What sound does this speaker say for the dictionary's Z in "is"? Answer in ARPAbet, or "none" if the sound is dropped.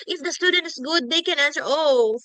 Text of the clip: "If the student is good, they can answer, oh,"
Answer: S